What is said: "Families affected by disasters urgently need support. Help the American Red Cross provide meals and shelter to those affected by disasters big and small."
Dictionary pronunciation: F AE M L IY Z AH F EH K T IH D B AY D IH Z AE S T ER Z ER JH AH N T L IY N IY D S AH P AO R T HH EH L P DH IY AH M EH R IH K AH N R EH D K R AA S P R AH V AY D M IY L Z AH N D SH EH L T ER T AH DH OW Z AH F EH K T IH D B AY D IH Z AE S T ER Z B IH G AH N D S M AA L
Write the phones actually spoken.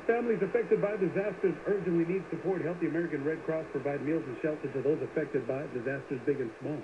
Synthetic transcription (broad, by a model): F AE M L IY Z AH F EH K T IH D B AY D IH Z AE S T ER Z ER JH AH N T L IY N IY D S AH P AO R T HH EH L P DH IY AH M EH R IH K AH N R EH D K R AA S P R AH V AY D M IY L Z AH N SH EH L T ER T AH DH OW Z AH F EH K T IH D B AY D IH Z AE S T ER Z B IH G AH N S M AA L